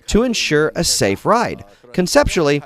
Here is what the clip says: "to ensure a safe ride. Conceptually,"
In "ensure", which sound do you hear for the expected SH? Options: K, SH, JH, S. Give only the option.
SH